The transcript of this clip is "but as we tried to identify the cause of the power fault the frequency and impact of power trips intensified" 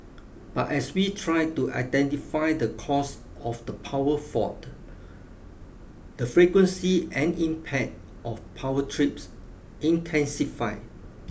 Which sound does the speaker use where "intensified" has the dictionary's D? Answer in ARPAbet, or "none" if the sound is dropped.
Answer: none